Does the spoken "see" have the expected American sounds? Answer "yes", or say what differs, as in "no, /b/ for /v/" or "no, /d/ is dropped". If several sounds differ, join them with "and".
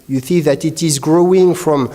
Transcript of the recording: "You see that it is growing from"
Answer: no, /θ/ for /s/